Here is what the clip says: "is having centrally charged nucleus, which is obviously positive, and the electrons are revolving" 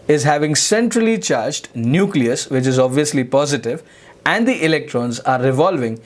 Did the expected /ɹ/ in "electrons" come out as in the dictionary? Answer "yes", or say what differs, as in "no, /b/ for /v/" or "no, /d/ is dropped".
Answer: yes